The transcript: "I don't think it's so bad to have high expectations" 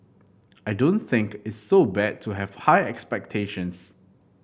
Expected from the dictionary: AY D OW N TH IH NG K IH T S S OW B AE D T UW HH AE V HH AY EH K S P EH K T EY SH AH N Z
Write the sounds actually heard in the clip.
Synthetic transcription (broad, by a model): AY D OW N TH IH NG K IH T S S OW B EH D T UW HH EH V HH AY EH K S P EH K T EY SH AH N S